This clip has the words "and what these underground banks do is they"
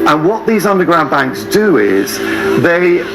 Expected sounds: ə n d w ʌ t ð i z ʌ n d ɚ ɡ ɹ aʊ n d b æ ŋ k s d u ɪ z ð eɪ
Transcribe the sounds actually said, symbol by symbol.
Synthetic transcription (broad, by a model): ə n w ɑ t ð i z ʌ n d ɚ ɡ ɹ aʊ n b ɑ ŋ k s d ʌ ɪ z ð eɪ